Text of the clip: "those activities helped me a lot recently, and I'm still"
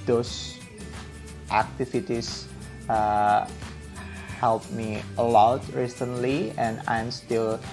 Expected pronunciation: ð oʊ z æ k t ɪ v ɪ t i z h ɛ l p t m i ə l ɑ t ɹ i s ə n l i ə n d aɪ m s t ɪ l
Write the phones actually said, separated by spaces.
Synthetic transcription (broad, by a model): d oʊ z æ k t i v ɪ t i s h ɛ l p m i ə l ɑ t ɹ i s ə n l i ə n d aɪ m s t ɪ l